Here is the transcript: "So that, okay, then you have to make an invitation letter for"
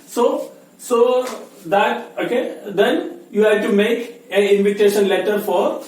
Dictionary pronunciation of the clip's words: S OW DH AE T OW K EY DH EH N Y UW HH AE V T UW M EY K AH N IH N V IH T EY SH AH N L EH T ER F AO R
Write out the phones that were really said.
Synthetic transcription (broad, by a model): S OW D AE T OW K EY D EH N Y UW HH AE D T UW M EY K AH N IH N V IH T EY SH AH N L EH T ER F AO R